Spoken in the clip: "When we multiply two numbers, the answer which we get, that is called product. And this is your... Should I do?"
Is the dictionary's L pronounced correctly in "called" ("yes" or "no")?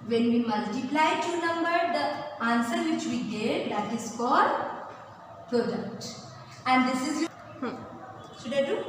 no